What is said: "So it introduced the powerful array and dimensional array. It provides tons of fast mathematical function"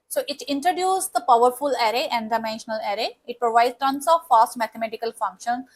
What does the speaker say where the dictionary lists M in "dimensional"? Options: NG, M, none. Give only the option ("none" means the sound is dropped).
M